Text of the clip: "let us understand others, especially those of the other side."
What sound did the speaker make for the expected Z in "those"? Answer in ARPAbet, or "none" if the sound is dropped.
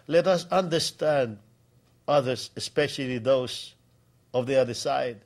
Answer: S